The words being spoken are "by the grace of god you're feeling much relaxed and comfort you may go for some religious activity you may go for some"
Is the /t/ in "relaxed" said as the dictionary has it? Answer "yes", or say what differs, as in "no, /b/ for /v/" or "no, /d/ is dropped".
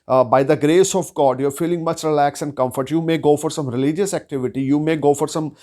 no, /t/ is dropped